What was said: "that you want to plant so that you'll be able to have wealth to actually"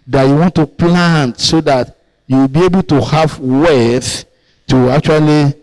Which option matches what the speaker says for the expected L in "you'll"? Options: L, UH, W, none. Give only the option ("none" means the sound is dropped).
W